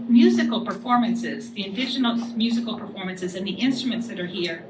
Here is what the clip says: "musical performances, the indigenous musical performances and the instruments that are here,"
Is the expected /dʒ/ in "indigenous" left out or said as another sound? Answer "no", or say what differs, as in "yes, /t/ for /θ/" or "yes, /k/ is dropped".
yes, /ʃ/ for /dʒ/